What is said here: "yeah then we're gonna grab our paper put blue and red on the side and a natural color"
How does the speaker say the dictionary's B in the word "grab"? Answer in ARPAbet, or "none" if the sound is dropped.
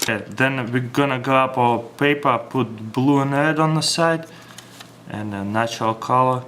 none